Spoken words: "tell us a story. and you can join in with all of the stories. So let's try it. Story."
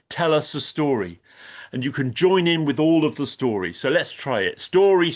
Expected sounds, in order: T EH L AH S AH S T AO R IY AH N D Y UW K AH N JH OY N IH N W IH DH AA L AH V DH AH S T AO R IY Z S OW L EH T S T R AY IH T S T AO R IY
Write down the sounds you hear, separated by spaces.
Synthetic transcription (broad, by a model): T EH L AH S AH S T AO R IY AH N Y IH K AH N JH OY N IH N W IH DH AA L AH V DH AH S T AO R IY S OW L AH T S T R AY IH T S T AO R IY